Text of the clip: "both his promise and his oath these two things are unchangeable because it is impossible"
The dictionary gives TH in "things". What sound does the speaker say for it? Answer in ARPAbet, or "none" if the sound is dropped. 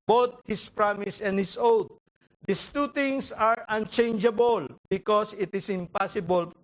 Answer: T